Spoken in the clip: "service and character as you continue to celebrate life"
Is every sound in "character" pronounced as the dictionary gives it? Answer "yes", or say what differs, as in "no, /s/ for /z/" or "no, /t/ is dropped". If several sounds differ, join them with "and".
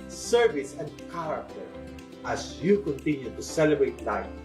no, /w/ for /ɹ/